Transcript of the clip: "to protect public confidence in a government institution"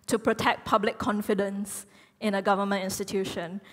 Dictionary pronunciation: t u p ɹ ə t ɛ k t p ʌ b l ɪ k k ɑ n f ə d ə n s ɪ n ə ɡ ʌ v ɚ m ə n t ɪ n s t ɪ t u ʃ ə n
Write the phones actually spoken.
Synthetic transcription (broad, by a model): t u p ɹ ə t ɛ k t p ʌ b l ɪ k k ɑ n f ə d ə n s ɪ n ə ɡ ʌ v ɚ m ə n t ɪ n s t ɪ t u ʃ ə n